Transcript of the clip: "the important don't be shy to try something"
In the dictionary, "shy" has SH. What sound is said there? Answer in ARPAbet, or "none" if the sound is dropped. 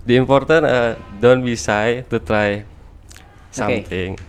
S